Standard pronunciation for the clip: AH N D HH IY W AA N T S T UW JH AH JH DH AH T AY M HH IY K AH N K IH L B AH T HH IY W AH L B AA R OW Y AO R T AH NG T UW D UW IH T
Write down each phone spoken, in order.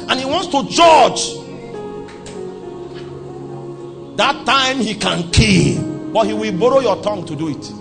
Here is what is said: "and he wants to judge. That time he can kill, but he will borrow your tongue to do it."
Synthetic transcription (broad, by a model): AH N HH IY W AA N T S T UW JH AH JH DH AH T AY M HH IY K AH N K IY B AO T HH IY W AH L B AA R OW Y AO T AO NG T UW D UW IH T